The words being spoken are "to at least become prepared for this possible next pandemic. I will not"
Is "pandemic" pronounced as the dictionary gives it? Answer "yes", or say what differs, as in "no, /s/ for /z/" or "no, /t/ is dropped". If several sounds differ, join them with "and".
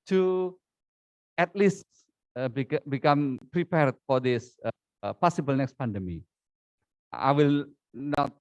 no, /k/ is dropped